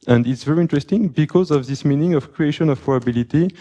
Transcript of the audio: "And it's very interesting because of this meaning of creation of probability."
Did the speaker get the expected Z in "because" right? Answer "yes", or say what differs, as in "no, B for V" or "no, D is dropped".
yes